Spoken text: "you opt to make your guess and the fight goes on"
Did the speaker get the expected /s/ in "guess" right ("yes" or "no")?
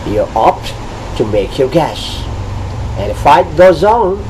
no